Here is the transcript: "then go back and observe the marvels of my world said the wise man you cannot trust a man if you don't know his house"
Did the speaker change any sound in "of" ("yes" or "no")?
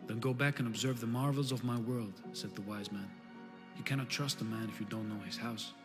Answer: no